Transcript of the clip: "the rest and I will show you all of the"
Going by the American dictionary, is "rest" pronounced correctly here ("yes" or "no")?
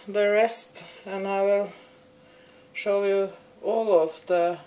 yes